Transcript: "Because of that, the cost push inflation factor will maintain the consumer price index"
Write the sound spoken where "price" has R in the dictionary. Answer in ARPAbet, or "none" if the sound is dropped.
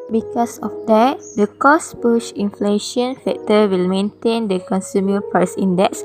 none